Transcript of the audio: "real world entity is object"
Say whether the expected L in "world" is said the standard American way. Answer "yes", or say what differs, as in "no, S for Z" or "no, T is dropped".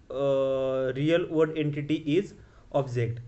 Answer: no, L is dropped